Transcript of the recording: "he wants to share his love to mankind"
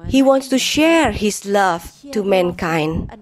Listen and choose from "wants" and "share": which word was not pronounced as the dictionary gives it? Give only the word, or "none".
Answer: none